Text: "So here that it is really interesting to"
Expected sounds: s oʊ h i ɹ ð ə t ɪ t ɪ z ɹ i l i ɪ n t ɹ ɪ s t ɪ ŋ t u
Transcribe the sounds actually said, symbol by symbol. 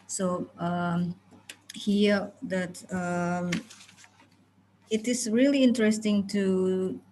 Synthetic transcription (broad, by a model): s oʊ h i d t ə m ɪ t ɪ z ɹ i l i ɪ n t ɹ ɪ s t ɪ ŋ t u